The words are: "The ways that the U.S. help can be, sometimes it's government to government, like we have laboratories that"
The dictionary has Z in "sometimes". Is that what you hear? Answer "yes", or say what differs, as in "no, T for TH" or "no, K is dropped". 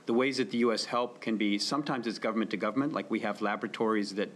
yes